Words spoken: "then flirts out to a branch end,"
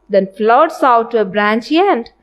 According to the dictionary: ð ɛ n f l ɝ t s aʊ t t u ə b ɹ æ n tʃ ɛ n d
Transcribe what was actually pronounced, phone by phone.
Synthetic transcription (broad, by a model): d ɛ n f l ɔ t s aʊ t t u ə b ɹ æ n tʃ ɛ n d